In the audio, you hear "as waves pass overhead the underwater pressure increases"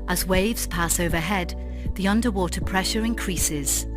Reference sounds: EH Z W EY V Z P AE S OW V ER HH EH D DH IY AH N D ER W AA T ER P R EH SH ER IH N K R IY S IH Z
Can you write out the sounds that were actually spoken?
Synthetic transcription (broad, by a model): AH Z W EY V Z P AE S OW V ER HH EH D DH IY AH N D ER W AA T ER P R EH SH ER IH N K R IY S IH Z